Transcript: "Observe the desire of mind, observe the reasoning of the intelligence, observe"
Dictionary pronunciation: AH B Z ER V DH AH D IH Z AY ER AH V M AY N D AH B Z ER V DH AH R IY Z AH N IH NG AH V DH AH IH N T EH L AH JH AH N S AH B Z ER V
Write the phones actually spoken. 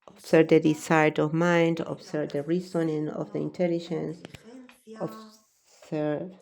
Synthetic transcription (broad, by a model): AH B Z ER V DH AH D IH S AY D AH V M AY N D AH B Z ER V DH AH R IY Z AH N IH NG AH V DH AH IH N T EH L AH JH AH N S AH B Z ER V